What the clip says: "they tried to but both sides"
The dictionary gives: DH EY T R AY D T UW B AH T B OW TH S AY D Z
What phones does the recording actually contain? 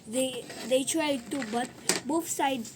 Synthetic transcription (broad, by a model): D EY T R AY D T UW B AH T B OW F S AY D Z